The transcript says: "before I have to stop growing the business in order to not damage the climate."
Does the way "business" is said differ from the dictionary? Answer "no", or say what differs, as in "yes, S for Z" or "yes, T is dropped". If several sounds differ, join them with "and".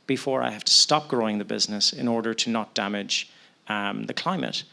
no